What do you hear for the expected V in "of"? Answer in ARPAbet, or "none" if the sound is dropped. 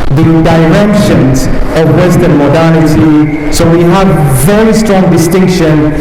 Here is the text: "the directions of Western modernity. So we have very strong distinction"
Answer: V